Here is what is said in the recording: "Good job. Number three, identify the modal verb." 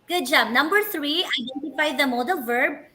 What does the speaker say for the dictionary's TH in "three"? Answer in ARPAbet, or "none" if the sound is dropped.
T